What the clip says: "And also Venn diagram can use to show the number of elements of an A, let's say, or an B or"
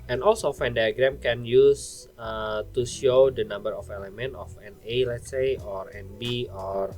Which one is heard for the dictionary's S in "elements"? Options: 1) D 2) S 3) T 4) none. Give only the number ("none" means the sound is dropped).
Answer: 4